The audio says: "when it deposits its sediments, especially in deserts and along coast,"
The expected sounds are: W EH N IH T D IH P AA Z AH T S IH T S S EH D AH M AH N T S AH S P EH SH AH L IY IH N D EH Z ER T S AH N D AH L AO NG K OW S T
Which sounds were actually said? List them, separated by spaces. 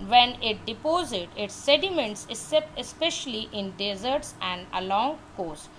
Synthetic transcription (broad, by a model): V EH N IH T D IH P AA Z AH T IH T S S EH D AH M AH N T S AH S P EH SH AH L IY IH N D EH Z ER T S AH N D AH L AO NG K OW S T